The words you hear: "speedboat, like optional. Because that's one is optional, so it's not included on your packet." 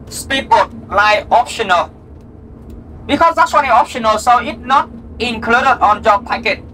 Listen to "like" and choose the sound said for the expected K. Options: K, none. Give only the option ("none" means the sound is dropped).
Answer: none